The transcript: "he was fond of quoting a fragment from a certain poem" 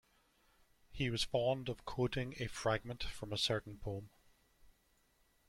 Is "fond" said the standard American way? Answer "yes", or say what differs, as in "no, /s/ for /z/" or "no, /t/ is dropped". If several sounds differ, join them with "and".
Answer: yes